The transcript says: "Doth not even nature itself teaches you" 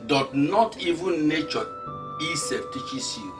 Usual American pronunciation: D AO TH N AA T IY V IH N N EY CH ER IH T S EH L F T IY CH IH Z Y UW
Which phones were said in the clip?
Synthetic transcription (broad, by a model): D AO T N AA T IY V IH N N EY CH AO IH S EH F T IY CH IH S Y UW